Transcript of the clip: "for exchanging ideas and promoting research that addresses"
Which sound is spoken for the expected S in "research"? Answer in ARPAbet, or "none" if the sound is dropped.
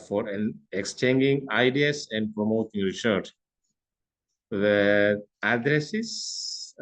SH